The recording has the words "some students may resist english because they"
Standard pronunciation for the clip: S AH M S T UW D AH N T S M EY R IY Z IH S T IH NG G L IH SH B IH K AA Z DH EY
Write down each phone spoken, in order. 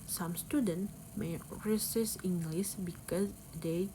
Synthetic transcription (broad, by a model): S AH M S T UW D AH N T M EY R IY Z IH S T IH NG G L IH S B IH K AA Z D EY